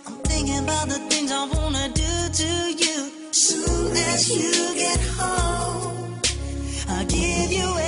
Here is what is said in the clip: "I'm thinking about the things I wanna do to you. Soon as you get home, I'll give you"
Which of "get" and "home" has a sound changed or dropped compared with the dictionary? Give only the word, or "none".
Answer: home